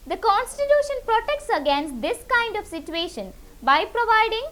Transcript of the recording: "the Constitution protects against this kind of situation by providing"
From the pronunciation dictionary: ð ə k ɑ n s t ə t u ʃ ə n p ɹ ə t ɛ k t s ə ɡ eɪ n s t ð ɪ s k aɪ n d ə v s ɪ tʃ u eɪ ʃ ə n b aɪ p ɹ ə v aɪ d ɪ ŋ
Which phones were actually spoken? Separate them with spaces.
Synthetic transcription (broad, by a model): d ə k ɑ n s t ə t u ʃ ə n p ɹ ə t ɛ k t s ə ɡ eɪ n s t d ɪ s k aɪ n d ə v s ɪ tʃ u eɪ ʃ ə n b aɪ p ɹ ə v aɪ d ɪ ŋ